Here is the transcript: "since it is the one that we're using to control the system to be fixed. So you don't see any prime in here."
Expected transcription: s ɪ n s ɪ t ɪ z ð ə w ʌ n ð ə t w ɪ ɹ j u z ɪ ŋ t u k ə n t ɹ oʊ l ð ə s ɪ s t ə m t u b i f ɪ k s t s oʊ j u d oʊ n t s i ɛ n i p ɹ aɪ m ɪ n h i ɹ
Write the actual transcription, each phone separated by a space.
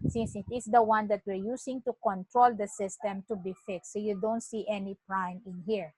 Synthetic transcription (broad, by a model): s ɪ n s ɪ t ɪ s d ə w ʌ n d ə t w ɪ ɹ j u s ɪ ŋ t u k ə n t ɹ oʊ l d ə s ɪ s t ə m t u b i f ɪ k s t s oʊ j u d oʊ n t s i ɛ n i p ɹ aɪ m ɪ n h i ɹ